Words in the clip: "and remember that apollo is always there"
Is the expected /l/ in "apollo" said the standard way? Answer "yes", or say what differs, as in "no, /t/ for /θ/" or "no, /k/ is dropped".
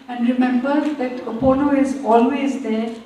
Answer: no, /n/ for /l/